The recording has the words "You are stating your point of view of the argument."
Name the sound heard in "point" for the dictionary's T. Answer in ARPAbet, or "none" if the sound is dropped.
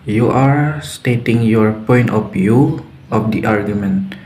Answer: T